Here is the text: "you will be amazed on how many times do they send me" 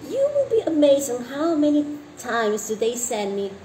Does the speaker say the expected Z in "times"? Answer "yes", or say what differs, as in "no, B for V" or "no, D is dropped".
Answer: yes